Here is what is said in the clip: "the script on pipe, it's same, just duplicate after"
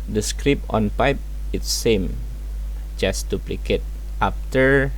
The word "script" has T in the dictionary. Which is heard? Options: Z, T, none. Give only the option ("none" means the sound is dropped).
none